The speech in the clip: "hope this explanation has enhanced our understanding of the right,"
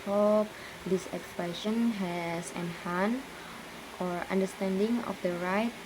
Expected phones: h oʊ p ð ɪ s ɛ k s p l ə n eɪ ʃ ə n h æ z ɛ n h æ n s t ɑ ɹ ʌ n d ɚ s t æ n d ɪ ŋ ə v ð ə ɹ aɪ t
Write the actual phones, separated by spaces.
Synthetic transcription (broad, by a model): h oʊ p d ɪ s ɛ k s p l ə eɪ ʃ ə n h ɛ s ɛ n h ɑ n t ɑ ɹ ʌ n d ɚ s t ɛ n d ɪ ŋ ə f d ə ɹ aɪ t